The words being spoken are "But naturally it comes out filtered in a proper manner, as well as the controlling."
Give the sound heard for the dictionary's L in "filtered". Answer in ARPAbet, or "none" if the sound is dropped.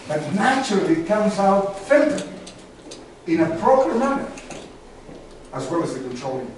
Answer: N